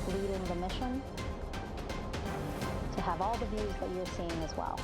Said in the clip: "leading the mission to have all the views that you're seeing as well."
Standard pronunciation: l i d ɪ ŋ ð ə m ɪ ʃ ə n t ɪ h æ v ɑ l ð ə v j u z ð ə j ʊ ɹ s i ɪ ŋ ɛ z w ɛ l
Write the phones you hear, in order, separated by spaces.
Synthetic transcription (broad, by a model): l i d ɪ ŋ ð ə m ɪ ʃ ə n t ɪ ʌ v ɑ l ð ə v j u z ð ə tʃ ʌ ɹ s i ɪ ŋ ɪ z w ɛ l